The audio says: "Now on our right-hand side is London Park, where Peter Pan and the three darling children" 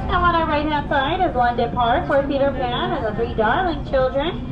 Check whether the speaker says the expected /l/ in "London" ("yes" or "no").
no